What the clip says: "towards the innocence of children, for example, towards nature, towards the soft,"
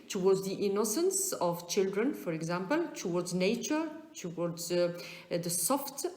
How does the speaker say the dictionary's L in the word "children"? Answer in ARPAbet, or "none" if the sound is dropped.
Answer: L